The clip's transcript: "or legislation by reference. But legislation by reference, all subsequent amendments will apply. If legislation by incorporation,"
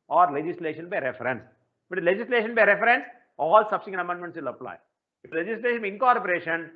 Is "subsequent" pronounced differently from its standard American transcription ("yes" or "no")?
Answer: yes